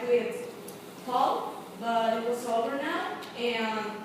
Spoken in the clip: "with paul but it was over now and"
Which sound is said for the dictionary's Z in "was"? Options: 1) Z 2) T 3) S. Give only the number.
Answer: 3